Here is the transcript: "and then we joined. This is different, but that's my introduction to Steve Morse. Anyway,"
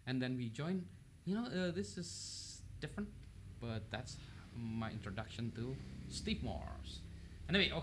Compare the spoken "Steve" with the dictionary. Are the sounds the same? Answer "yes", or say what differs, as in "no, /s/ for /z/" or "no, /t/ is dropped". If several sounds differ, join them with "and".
no, /p/ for /v/